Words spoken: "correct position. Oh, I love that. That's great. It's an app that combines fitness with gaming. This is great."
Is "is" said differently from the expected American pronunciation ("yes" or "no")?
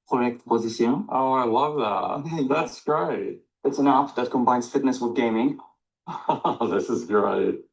no